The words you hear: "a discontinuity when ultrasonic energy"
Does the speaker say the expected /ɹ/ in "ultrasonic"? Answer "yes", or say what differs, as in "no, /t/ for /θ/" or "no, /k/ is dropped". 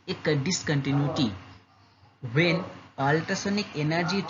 no, /ɹ/ is dropped